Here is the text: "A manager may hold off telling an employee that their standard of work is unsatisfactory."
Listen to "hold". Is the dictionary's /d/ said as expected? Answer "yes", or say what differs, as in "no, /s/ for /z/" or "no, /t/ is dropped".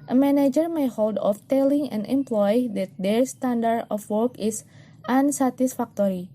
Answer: yes